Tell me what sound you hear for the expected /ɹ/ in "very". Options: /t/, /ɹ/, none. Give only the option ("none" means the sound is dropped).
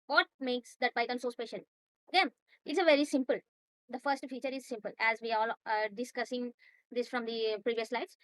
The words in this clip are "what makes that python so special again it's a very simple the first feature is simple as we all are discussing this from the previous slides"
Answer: /ɹ/